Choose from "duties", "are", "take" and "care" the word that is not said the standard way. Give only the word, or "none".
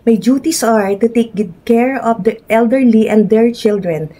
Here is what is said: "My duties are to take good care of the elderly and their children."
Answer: duties